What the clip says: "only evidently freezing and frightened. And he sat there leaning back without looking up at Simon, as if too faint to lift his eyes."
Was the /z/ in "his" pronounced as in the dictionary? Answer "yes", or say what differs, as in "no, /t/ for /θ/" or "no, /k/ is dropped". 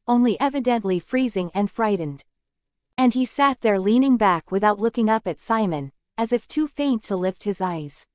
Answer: yes